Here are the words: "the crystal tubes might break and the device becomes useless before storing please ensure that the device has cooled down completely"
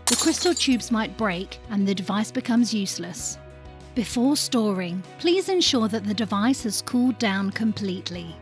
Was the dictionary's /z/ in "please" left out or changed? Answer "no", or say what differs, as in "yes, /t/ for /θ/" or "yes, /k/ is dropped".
no